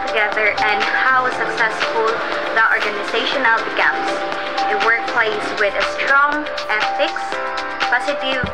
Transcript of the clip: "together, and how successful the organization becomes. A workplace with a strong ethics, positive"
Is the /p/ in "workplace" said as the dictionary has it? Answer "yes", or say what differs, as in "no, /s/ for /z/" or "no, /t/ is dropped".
yes